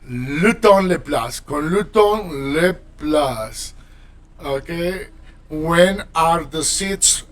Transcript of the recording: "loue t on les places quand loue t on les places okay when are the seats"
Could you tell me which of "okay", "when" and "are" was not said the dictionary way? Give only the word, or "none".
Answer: none